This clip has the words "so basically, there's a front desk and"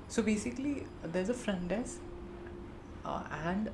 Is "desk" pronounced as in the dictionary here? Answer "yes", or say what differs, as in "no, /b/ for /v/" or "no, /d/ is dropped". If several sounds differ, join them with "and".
no, /k/ is dropped